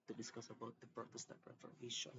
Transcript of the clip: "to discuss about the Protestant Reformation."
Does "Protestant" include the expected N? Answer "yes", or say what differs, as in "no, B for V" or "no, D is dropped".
no, N is dropped